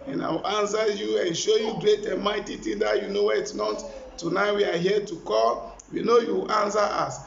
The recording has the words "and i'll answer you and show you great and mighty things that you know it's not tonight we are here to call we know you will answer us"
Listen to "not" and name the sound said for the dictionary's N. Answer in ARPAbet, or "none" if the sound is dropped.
N